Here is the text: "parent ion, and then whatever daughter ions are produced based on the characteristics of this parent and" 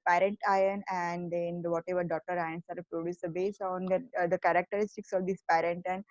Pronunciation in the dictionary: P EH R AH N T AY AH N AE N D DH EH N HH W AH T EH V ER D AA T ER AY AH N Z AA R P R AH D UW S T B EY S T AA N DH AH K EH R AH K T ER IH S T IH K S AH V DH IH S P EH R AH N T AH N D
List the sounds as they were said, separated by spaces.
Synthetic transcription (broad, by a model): P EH R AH N T AY AH N AE N D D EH N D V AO T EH V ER D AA T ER AY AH N S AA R P R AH D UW S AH B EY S AA N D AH K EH R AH K T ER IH S T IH K S AH V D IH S P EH R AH N T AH N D